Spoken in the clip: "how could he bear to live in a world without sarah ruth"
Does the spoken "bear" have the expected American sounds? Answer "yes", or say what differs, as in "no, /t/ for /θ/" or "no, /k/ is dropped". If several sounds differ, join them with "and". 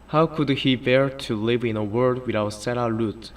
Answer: yes